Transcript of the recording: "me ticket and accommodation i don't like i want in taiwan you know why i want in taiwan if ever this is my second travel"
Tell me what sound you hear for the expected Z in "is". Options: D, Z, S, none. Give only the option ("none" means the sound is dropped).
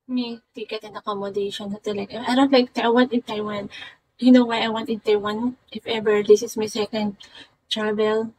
S